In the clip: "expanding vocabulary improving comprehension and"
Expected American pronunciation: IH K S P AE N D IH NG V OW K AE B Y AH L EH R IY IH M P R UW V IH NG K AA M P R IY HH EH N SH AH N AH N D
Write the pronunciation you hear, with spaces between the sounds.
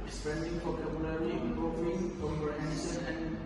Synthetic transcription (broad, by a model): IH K S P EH N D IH NG F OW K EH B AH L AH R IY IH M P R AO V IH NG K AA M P IY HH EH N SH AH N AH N